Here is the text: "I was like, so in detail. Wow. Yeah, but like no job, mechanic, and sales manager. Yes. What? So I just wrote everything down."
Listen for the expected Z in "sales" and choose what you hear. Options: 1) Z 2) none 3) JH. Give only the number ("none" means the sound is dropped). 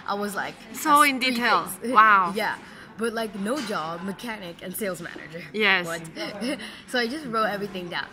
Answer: 1